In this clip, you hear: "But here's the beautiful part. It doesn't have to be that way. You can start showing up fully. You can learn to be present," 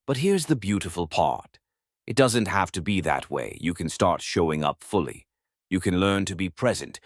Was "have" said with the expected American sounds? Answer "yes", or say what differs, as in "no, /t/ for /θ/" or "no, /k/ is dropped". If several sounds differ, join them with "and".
no, /f/ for /v/